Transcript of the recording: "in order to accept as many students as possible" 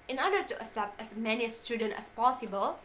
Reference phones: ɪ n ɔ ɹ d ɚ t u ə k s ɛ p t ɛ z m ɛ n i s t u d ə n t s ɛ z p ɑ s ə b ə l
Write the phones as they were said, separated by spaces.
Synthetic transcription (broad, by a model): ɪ n ɔ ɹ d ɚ t u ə s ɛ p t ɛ s m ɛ n i s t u d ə n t ɛ s p ɑ s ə b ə l